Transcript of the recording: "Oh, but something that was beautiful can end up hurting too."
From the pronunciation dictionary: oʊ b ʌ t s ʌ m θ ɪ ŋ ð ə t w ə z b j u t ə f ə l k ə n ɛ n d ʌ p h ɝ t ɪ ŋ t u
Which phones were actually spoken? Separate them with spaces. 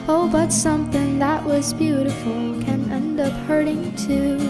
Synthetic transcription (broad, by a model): oʊ b ʌ t s ʌ m θ ɪ ŋ ð ə t w ə z b j u t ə f l k ə n ɛ n d ʌ p h ɝ t ɪ ŋ t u